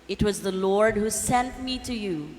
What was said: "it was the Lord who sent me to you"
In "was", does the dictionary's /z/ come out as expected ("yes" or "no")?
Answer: yes